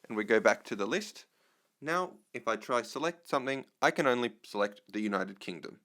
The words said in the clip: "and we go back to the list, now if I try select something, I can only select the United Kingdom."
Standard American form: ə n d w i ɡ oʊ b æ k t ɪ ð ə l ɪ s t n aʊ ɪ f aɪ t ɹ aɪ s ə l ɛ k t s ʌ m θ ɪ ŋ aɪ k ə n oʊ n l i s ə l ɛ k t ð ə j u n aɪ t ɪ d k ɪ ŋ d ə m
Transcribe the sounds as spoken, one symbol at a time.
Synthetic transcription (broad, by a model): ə n w i ɡ oʊ b æ k t ɪ ð ə l ɪ s t n aʊ ɪ f aɪ t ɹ aɪ s ə l ɛ k t s ʌ m θ ɪ ŋ aɪ k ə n oʊ n l i s ə l ɛ k t ð ə j u n aɪ t ɪ d k ɪ ŋ d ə m